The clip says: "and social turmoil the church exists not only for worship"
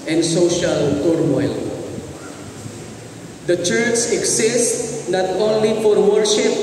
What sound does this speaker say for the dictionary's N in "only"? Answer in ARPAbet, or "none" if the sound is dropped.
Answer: N